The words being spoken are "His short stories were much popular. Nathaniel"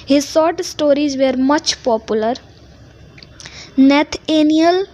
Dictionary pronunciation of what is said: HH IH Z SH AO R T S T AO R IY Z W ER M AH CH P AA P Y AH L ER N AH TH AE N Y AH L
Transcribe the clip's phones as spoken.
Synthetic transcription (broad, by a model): HH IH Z S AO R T S T AO R IY Z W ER M AH CH P AA P Y AH L ER N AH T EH N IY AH L